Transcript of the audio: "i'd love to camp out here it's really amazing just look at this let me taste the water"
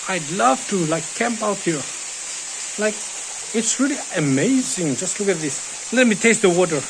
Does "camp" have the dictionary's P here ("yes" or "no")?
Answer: yes